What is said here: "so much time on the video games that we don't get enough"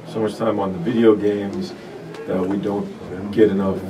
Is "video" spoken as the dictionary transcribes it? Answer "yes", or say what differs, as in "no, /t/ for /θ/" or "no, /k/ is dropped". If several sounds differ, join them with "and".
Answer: yes